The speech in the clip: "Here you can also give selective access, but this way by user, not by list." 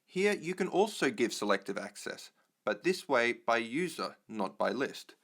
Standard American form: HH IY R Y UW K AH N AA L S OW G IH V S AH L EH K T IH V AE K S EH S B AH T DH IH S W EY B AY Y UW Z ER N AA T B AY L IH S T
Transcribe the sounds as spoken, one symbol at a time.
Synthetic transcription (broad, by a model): HH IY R Y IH K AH N AA L S OW G IH V S AH L EH K T IH V AE K S EH S B AH T DH IH S W EY B AY Y UW Z ER N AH T B AY L IH S T